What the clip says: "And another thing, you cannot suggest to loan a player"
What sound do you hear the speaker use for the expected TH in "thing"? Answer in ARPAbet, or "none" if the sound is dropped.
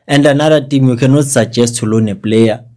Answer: T